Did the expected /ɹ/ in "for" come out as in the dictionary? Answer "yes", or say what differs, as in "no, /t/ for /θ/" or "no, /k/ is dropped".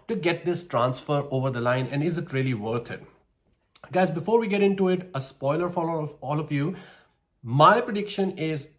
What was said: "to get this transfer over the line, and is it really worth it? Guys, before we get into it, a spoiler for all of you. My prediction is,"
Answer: no, /l/ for /ɹ/